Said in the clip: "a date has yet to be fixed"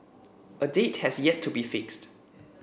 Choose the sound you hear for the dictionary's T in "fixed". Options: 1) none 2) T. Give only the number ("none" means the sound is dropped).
2